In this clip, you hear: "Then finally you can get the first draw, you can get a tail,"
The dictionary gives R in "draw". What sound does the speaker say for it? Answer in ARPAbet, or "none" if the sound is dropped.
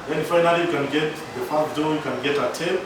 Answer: none